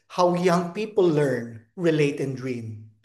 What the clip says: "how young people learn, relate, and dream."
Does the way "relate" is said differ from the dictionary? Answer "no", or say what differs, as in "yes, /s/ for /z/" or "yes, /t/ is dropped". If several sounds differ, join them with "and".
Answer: no